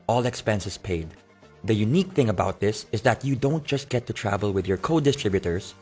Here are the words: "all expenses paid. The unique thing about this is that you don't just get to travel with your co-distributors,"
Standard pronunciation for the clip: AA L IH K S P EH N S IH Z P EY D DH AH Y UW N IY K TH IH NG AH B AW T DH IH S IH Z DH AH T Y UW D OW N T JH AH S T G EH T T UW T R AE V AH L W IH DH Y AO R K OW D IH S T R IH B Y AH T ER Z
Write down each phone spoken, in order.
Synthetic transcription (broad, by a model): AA L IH K S P EH N S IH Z P EY D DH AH Y UW N IY K TH IH NG AH B AW T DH IH S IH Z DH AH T Y UW D OW N T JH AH S T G EH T T UW T R AE V AH L W IH DH Y AO R K OW D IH S T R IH B Y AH T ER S